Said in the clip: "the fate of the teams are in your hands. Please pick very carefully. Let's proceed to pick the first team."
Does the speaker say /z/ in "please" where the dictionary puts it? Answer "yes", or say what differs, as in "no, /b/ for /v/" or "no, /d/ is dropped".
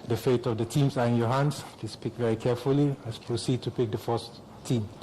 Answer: no, /s/ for /z/